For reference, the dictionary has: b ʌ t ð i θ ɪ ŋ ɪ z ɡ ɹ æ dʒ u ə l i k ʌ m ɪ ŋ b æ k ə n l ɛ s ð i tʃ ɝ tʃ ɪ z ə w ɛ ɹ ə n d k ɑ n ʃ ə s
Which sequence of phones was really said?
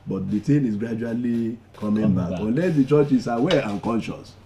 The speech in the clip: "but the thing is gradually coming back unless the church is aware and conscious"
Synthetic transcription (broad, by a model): b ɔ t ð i t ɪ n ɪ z ɡ ɹ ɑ dʒ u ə l i k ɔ m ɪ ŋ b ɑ ə n l ɛ s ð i tʃ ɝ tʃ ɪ s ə w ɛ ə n k ɑ n ʃ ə s